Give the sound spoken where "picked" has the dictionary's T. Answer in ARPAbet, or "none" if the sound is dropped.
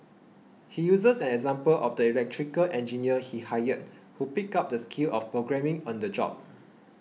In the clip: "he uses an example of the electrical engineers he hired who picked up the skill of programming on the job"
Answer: none